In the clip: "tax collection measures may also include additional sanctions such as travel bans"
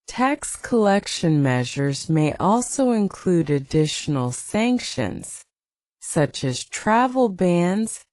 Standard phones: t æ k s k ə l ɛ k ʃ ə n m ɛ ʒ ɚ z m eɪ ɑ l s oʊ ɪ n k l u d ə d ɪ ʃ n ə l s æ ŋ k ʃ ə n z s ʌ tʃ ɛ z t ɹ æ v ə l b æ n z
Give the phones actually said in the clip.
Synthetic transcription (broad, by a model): t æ k s k ə l ɛ k ʃ ə n m ɛ ʒ ɚ z m eɪ ɑ l s oʊ ɪ n k l u d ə d ɪ ʃ n l s æ ŋ k ʃ ə n z s ʌ tʃ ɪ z t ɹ æ v l b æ n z